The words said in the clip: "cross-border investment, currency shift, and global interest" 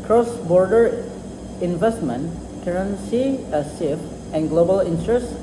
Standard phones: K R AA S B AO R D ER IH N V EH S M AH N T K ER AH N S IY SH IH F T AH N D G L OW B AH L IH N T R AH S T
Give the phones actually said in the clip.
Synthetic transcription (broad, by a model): K R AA S B AO R D ER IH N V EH S M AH N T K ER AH N S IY S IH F AH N G L OW B AH L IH N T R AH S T